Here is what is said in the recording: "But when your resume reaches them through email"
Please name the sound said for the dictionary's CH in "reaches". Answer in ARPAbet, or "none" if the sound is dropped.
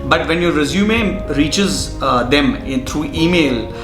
CH